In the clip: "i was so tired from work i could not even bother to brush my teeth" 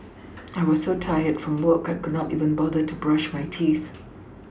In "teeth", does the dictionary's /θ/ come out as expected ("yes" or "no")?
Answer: yes